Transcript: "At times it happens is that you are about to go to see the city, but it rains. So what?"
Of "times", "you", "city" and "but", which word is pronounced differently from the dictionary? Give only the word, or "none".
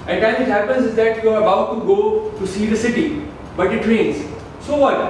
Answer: times